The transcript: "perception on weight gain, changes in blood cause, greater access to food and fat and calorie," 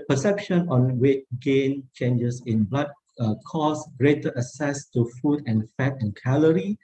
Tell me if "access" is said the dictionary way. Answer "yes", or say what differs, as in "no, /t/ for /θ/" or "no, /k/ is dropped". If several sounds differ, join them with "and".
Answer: no, /k/ is dropped